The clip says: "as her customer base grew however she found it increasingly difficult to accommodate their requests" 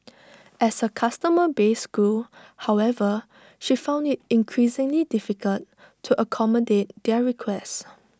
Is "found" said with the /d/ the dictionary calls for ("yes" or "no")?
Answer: yes